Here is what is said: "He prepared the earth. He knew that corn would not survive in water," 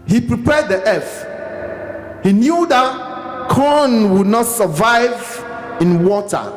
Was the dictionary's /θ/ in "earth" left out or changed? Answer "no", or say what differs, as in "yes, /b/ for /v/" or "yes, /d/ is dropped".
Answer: yes, /f/ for /θ/